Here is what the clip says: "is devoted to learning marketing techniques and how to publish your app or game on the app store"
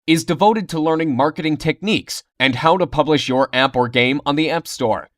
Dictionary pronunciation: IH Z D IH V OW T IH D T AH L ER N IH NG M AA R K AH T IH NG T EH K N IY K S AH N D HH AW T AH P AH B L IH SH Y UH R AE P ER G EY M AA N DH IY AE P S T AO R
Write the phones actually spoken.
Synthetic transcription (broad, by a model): IH Z D IH V OW T IH D T AH L ER N IH NG M AA R K AH T IH NG T EH K N IY K S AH N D HH AW T AH P AH B L IH SH Y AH R AE P ER G EY M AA N DH IY AE P S T AO R